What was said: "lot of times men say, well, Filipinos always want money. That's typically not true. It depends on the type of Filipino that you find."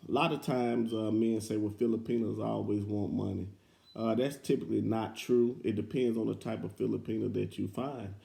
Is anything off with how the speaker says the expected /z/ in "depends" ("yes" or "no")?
no